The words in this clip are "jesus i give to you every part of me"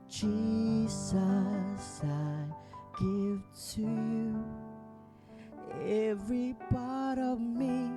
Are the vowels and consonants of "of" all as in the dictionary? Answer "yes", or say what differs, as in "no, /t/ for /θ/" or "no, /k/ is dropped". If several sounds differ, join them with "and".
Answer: yes